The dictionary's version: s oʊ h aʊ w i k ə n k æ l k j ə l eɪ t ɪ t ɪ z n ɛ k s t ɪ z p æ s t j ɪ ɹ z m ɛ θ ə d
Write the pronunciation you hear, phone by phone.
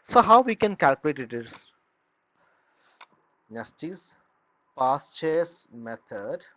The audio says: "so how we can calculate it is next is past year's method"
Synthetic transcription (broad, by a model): s oʊ h aʊ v i k ə n k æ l k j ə l eɪ t ɪ t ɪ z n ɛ s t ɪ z p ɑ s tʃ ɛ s m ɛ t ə d